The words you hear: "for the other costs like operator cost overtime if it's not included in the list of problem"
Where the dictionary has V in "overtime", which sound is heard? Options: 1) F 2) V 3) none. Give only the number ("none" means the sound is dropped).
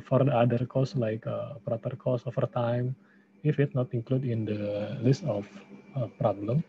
1